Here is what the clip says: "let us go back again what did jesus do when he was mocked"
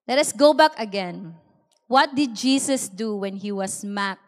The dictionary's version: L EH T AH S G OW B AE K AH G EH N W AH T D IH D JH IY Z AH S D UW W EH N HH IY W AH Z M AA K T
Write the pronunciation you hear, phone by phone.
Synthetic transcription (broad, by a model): L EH T AH S G OW B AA K AH G EH N W AH T D IH D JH IY S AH S D UW W EH N HH IY W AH S M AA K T